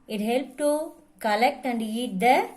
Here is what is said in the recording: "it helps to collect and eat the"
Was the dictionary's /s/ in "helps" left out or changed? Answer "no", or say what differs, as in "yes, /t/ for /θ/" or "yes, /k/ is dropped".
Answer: yes, /s/ is dropped